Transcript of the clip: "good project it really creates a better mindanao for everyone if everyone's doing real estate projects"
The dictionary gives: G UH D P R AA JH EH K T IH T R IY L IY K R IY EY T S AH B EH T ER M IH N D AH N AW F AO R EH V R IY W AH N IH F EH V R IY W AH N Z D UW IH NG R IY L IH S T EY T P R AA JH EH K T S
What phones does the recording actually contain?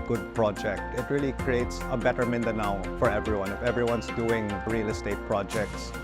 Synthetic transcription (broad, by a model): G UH D P R AA JH EH K T IH T R IY L IY K R IY EY T S AH B EH T ER M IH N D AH N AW F AO R EH V R IY W AH N IH F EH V R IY W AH N S D UW IH NG R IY L IH S T EY T P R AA JH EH K T S